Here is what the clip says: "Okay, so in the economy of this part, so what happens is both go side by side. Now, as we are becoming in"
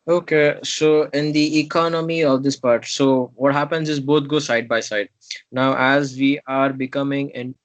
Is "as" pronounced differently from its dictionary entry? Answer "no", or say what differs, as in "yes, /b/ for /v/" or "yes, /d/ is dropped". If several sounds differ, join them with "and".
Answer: no